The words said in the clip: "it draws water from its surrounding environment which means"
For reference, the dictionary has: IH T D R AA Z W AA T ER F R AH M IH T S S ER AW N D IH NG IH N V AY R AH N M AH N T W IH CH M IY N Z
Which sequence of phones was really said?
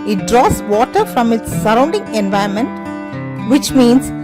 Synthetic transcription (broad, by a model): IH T D R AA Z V AA T ER F R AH M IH T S S ER AW N D IH NG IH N V AY AH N M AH N T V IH CH M IY N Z